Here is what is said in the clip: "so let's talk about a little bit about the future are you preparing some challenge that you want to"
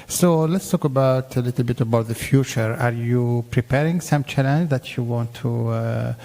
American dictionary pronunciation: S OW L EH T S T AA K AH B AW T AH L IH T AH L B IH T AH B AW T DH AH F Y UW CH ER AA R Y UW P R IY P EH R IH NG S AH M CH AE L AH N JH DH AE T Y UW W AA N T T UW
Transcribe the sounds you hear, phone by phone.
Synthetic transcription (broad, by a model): S OW L EH T S T AA K AH B AW T AH L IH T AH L B IH T AH B AW T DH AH F Y UW CH ER AA R Y UW P R IY P EH R IH NG S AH M CH AE L AH N JH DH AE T Y UW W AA N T T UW